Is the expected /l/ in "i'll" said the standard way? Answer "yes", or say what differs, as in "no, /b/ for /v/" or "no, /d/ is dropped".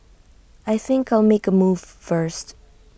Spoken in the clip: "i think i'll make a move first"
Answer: yes